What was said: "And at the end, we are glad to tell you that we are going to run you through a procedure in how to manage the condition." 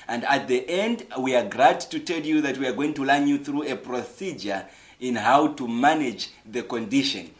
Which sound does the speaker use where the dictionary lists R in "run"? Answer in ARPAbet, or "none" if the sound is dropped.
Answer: L